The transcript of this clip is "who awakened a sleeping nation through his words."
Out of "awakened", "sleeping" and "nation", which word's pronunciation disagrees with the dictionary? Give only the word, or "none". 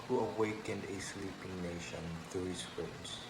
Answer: none